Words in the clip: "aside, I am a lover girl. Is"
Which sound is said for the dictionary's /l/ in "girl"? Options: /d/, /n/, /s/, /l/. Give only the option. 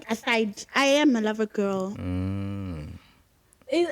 /l/